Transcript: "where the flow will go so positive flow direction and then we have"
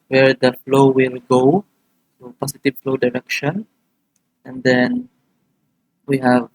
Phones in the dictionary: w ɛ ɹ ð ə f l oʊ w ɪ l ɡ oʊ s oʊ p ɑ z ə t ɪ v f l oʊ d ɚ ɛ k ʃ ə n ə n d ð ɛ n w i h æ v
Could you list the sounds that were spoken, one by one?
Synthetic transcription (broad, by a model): w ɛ ɹ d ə f l oʊ w ɪ l ɡ oʊ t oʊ p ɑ s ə t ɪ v f l oʊ d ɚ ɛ k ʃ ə n ə n d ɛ n w i h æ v